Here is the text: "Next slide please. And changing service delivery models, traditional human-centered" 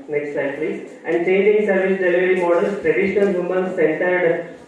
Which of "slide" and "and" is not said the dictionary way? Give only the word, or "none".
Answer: slide